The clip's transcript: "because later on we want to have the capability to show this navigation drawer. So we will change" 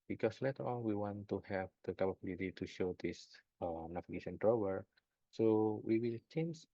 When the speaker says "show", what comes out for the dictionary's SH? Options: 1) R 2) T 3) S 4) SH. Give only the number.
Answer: 4